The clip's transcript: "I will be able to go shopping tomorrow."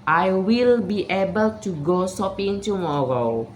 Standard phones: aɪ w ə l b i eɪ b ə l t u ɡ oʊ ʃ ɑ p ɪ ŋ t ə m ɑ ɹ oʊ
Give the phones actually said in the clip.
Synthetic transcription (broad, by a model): aɪ w ə l b i eɪ b ə l t u ɡ oʊ s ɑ p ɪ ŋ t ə m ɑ ɹ oʊ